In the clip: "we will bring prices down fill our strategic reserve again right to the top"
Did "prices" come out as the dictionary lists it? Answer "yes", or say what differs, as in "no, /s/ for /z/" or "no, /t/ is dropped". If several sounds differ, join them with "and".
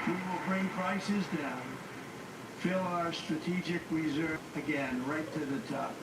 yes